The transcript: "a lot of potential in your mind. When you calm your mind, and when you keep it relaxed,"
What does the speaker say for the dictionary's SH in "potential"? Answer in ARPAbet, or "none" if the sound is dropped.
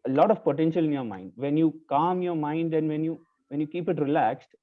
SH